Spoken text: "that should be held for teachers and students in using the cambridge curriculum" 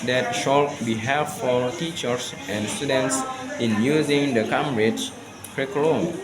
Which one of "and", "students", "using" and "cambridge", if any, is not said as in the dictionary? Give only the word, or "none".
cambridge